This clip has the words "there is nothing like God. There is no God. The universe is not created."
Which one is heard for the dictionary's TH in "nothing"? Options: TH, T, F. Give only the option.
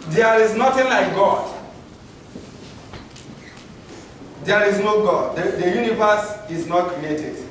T